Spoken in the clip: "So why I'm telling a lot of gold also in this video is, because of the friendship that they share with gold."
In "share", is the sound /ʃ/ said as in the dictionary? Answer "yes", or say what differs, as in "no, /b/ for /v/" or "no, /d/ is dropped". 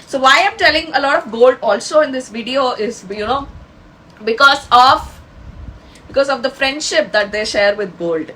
yes